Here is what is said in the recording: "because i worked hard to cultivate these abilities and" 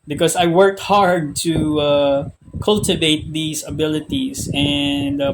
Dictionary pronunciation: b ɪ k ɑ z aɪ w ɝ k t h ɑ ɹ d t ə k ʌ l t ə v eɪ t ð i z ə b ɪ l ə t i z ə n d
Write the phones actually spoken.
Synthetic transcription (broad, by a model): b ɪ k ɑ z aɪ w ɝ k t h ɑ ɹ d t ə k ʌ l t ə v eɪ t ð i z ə b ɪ l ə t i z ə n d